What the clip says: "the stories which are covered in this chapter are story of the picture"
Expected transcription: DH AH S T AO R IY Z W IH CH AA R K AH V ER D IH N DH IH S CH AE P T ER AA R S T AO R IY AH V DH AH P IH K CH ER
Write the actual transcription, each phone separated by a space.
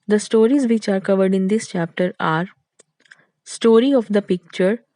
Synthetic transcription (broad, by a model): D AH S T AO R IY Z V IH CH AA R K AH V ER D IH N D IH S CH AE P T ER AA R S T AO R IY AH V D AH P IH K CH ER